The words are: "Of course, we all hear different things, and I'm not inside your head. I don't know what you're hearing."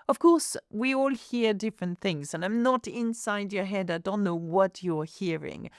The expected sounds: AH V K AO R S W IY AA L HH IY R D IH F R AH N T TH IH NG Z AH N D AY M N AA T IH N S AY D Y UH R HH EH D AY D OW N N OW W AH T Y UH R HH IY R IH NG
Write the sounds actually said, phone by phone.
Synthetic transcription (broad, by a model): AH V K AO R S W IY AA L HH IY R D IH F R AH N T TH IH NG Z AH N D AY M N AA T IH N S AY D Y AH R HH EH D AY D OW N N OW W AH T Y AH R HH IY R IH NG